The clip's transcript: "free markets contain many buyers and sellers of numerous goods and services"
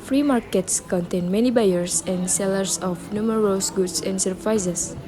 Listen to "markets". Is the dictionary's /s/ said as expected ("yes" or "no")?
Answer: yes